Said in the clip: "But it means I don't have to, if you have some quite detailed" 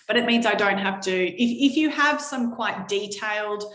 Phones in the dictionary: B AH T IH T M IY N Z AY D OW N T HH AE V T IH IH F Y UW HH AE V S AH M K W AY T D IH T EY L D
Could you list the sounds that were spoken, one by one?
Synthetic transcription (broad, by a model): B AH T IH T M IY N Z AY D OW N T HH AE F T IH IH F Y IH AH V S AH M K W AY T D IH T EY L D